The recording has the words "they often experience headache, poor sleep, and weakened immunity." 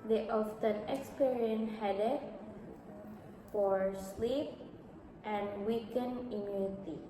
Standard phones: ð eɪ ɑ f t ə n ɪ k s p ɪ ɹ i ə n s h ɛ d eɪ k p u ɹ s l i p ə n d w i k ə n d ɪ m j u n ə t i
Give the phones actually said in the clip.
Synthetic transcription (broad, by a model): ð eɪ ɑ f t ə n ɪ k s p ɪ ɹ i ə n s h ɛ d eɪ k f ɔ ɹ s l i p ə n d w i k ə n ɪ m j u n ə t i